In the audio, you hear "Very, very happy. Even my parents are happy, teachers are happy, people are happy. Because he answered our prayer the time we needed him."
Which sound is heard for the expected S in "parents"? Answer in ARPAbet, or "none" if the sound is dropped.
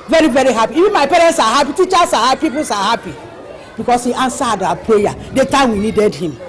S